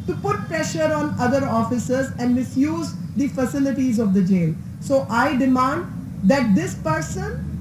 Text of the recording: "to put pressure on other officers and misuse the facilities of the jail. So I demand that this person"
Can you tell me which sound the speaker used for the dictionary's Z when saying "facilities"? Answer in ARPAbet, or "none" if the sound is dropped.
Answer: Z